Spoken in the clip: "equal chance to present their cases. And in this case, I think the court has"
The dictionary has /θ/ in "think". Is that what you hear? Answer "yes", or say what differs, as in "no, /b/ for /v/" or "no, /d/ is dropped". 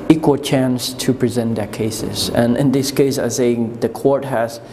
no, /s/ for /θ/